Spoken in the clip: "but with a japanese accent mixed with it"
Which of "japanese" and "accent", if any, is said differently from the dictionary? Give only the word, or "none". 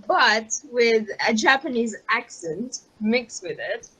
none